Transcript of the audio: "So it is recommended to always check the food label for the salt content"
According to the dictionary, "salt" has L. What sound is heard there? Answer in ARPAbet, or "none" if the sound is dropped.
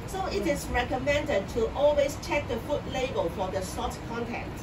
none